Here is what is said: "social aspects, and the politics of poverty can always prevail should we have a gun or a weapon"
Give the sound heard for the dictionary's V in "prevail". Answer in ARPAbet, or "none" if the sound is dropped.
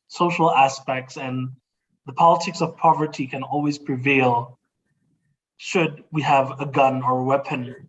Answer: V